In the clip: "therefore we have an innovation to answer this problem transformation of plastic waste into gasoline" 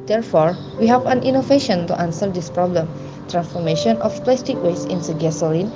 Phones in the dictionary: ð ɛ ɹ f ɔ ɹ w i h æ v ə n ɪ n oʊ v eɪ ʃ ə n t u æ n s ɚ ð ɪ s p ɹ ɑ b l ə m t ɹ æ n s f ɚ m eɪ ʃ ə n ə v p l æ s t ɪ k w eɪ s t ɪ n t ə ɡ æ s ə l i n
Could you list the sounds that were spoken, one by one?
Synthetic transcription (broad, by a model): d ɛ ɹ f ɔ ɹ w i h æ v ə n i n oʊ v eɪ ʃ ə n t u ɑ n s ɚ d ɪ s p ɹ ɑ b l ə m t ɹ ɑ n s f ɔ m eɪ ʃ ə n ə f p l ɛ s t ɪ k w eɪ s ɪ n s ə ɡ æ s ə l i n